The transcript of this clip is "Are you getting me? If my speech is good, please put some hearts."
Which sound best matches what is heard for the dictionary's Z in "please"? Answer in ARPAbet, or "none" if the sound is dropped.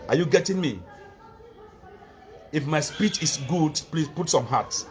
S